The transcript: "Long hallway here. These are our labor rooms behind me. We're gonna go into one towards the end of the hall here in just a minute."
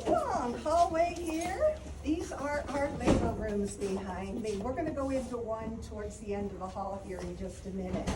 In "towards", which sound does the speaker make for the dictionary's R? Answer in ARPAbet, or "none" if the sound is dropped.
R